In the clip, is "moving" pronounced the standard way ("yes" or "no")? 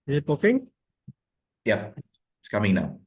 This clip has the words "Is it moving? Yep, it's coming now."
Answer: no